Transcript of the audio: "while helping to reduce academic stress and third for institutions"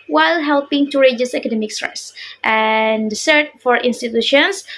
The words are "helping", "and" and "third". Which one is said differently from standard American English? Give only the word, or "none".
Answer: third